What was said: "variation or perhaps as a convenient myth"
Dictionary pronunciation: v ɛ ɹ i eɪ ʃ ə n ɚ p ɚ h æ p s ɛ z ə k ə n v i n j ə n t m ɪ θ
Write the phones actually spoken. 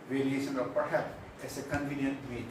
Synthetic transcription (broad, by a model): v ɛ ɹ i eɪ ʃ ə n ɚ p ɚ h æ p s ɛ s ə k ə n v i n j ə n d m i